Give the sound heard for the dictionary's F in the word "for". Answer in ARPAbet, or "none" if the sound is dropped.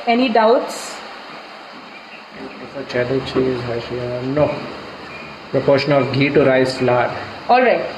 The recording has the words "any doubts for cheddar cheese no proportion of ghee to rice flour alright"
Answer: P